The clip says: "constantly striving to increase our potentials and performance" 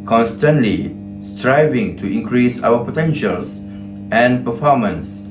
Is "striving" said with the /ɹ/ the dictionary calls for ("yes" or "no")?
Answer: yes